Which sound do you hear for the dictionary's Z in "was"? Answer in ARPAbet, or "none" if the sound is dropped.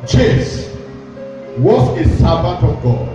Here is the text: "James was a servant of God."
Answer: S